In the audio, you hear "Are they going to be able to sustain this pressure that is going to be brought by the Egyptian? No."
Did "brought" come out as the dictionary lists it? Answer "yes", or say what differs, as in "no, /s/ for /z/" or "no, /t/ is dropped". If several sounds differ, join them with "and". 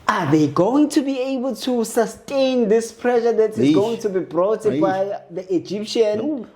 yes